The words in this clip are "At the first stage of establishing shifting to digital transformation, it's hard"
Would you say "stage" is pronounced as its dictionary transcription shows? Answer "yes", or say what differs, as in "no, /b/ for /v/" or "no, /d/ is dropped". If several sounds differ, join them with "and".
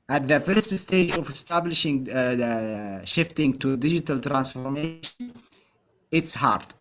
yes